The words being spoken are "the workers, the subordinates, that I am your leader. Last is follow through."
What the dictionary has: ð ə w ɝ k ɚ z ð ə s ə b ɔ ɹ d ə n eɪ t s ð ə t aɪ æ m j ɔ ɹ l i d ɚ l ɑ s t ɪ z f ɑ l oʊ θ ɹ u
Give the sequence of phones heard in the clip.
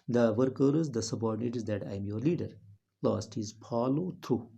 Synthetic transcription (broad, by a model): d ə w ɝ k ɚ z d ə s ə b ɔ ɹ d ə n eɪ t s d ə t aɪ m j ɔ ɹ l i d ɚ l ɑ s t ɪ z p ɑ l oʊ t ɹ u